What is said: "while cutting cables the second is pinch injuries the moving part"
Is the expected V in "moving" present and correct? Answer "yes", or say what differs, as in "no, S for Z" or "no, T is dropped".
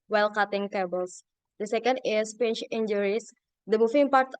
no, F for V